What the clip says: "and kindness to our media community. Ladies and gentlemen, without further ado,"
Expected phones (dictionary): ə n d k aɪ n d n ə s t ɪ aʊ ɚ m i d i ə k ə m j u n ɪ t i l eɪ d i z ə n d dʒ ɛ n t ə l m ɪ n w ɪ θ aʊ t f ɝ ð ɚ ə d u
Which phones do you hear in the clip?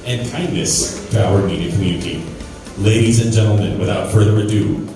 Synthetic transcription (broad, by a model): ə n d k aɪ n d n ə s t ɪ aʊ ɚ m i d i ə k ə m j u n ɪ t i l eɪ d i z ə n dʒ ɛ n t l m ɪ n w ɪ θ aʊ t f ɝ ð ɚ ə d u